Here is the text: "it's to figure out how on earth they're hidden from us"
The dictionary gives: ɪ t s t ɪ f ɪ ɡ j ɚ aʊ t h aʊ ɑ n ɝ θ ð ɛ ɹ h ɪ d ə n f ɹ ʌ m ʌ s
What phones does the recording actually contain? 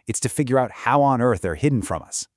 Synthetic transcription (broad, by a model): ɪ t s t ɪ f ɪ ɡ j ɚ aʊ t h aʊ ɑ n ɝ θ ð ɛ ɹ h ɪ d n f ɹ ʌ m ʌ s